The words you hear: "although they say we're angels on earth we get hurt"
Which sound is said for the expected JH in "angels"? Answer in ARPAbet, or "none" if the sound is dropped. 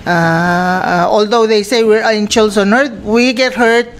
CH